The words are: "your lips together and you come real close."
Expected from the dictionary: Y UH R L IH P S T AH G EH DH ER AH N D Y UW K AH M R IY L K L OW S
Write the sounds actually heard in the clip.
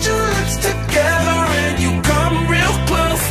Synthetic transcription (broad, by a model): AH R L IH S T AH G EH DH ER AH N Y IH K AH M R IY L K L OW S